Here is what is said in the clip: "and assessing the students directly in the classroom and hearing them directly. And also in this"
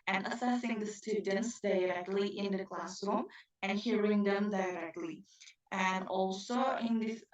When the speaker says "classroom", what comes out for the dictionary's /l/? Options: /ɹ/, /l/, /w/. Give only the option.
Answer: /l/